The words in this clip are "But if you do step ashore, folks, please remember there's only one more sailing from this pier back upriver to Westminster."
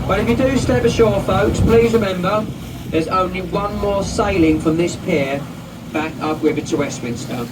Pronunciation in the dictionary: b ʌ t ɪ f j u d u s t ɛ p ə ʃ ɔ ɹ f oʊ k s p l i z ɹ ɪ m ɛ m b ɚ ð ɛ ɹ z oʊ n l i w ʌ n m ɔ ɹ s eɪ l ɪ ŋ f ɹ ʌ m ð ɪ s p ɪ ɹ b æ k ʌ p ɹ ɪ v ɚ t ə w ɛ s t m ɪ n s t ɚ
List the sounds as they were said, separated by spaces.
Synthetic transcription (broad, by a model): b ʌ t ɪ f j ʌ d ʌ s t ɛ p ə ʃ ɔ f oʊ k s p l i z ɹ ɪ m ɛ m b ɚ ð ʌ z oʊ n l i w ʌ n m ɔ s eɪ l ɪ ŋ f ɹ ʌ m ð ɪ s p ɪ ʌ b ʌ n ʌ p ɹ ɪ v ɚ t ə w ɛ s t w ɪ n s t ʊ